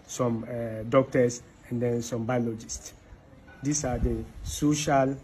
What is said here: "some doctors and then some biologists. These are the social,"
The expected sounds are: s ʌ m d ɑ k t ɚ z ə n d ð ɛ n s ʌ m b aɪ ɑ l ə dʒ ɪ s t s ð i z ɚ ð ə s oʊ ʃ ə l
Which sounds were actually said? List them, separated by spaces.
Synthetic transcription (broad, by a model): s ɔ m d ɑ k t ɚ s ə n d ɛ n s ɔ m b aɪ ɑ l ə dʒ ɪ s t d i s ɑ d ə s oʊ ʃ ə l